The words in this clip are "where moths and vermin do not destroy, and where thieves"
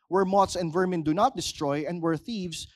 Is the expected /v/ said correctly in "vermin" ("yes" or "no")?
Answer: yes